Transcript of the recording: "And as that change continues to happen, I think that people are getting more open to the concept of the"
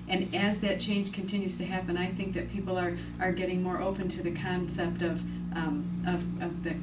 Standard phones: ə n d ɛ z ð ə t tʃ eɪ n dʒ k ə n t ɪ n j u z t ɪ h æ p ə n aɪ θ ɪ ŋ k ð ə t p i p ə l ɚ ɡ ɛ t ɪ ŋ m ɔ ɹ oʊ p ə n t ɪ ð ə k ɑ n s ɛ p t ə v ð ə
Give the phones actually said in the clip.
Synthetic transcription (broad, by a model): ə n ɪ z ð ə t tʃ eɪ n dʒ k ə n t ɪ n j u z t ɪ h æ p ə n aɪ θ ɪ ŋ k ð ə t p i p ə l ɚ ɡ ɛ t ɪ ŋ m ɔ ɹ oʊ p ə n t ɪ ð ə k ɑ n s ɛ p t ə v ð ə